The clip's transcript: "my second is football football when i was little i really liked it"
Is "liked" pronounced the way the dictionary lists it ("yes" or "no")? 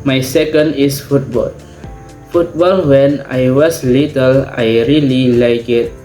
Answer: no